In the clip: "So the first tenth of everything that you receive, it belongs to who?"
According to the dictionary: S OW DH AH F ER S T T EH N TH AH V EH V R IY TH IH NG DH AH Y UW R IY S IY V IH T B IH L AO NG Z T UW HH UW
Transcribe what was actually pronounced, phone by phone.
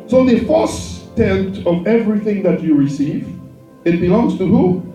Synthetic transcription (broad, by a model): S OW DH AH F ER S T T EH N T AH V EH V R IY TH IH NG DH AH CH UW R IY S IY V IH T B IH L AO NG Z T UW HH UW